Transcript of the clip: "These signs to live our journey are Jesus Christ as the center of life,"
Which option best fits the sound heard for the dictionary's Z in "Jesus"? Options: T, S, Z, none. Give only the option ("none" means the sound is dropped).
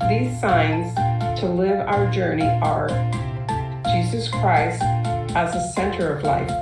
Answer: Z